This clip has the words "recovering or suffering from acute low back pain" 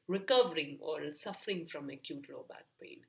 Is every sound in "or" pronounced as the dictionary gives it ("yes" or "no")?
no